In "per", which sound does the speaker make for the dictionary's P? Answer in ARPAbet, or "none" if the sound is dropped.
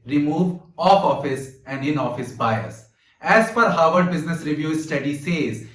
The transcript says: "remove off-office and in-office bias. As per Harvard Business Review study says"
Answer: F